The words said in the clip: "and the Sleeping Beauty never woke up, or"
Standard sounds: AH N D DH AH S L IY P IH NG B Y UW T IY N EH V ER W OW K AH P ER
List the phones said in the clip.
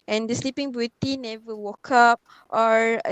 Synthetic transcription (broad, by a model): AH N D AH S L IY P IH NG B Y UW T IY N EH V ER W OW K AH P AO